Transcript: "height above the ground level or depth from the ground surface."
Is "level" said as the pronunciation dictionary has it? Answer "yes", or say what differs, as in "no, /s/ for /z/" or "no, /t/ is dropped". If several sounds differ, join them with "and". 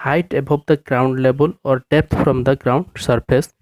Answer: no, /b/ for /v/